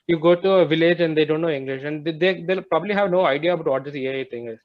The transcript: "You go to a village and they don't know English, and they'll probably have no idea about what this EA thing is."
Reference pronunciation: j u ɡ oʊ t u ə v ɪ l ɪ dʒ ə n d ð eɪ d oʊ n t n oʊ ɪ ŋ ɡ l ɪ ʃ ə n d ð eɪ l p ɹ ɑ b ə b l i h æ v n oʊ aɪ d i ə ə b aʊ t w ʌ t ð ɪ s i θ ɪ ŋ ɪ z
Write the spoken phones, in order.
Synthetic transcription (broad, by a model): j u ɡ oʊ t u ə v ɪ l ɪ dʒ ə n d eɪ d oʊ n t n oʊ ɪ ŋ ɡ l ɪ ʃ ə n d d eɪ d p ɹ ɑ b ə b l i h æ v n oʊ aɪ d i ə ə b aʊ t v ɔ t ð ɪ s i t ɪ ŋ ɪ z